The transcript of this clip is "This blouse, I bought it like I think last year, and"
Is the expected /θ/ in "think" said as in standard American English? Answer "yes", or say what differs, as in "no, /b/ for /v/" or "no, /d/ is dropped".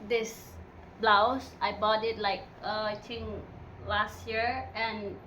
no, /t/ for /θ/